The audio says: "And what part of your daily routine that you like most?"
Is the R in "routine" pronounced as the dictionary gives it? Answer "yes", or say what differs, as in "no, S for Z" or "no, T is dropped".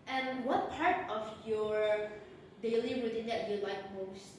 no, W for R